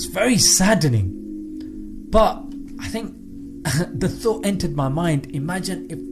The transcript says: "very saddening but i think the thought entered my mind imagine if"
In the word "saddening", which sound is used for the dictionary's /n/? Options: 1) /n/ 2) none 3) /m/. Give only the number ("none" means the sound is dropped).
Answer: 1